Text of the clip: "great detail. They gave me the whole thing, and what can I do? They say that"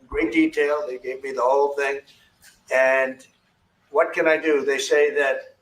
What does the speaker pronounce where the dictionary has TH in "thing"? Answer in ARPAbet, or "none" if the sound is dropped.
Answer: TH